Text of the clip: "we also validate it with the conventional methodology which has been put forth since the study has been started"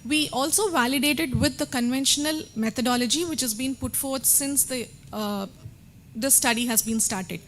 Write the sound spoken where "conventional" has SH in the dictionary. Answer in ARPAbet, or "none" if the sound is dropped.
SH